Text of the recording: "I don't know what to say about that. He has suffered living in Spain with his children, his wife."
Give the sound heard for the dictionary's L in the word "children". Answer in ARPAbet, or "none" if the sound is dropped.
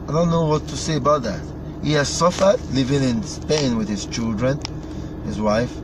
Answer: L